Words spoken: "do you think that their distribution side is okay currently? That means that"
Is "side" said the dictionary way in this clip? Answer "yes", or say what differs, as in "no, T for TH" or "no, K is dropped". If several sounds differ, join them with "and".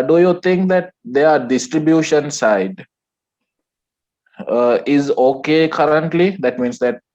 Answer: yes